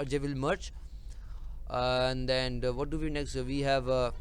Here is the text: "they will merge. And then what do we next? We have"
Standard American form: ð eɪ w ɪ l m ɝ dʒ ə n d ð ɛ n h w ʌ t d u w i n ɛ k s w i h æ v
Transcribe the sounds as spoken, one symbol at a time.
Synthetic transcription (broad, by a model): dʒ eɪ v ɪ l m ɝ tʃ ə n d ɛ n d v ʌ t d u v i n ɛ k s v i h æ v